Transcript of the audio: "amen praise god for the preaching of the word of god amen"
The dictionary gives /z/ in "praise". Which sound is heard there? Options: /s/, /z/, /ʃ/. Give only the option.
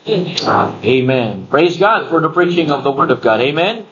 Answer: /z/